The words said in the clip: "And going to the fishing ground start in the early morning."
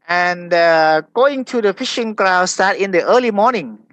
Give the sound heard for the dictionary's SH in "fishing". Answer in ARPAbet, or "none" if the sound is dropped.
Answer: SH